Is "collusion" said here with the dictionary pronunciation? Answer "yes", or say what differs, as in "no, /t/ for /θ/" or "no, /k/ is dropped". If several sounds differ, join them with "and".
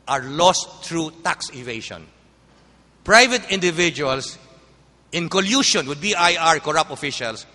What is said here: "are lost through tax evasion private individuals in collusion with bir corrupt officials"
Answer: no, /ʃ/ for /ʒ/